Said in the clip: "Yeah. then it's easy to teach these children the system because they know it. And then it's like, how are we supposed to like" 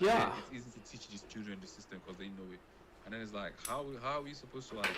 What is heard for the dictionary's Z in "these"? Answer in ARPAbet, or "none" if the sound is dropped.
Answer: S